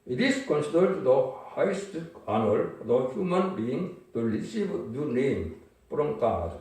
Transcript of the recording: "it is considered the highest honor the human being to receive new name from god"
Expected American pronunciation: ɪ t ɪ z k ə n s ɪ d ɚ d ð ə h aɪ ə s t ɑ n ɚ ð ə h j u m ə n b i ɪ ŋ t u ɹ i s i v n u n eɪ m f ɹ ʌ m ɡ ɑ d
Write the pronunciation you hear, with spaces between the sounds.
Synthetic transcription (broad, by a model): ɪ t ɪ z k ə n s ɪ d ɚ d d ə h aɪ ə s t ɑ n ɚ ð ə h j u m ə n b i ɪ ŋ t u l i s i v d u n eɪ m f ɹ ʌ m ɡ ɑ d